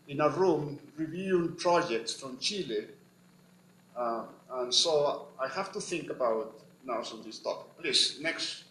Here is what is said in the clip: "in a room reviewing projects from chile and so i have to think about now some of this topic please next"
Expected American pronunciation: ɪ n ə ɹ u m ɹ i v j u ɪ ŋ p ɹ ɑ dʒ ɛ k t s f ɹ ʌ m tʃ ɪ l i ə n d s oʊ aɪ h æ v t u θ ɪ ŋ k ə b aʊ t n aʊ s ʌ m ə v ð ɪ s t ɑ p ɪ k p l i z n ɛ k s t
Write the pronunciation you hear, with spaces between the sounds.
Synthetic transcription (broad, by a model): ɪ n ə ɹ u m ɹ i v j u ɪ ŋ p ɹ ɑ dʒ ɛ k t s f ɹ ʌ m tʃ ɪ l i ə n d s oʊ aɪ h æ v t u θ ɪ ŋ k ə b aʊ t n aʊ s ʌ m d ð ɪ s t ɑ p ɪ k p l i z n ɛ k s t